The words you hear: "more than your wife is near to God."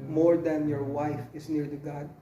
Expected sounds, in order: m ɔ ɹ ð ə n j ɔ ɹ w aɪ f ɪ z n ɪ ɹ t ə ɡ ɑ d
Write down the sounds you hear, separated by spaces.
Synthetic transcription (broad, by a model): m ɔ ɹ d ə n j ɔ ɹ w aɪ f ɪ s n ɪ ɹ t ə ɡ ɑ d